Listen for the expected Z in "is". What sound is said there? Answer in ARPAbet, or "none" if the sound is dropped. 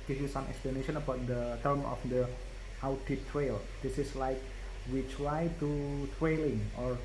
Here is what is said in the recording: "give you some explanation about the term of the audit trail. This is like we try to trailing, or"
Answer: S